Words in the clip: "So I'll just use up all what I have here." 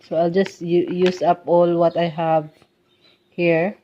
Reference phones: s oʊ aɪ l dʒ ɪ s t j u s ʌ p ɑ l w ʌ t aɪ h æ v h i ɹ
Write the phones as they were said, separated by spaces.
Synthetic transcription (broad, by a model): s oʊ aɪ l dʒ ɪ s t j u s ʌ p ɑ l w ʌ t aɪ h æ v h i ɹ